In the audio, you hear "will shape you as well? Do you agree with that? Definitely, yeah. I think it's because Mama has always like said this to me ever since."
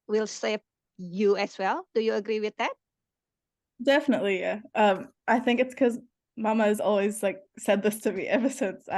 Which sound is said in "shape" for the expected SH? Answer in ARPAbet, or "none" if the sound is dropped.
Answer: S